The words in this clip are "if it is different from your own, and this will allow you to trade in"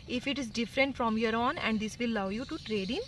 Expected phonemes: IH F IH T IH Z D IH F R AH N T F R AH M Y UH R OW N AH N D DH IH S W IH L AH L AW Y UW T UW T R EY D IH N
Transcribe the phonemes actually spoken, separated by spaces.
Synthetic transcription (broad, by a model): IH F IH T IH Z D IH F R AH N T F R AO M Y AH R OW N AH N D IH S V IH L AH UH Y UW T UW T R EY D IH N